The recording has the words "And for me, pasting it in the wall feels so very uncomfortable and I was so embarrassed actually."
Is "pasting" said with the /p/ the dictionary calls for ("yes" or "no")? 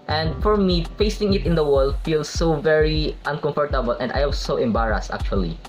no